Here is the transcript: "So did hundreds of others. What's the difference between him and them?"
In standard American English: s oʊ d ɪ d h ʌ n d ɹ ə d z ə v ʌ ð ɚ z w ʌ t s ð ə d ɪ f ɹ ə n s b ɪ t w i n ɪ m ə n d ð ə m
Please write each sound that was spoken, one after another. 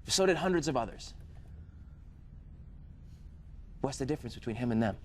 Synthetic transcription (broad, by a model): s oʊ d ɪ d h ʌ n d ɹ ə d z ə v ʌ ð ɚ z w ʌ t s ð ə d ɪ f ɹ ə n s b ɪ t w i n ɪ m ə n ð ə m